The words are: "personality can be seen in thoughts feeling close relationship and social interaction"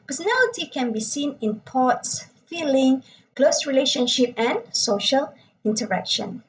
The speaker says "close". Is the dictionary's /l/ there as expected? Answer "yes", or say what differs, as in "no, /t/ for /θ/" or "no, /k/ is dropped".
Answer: yes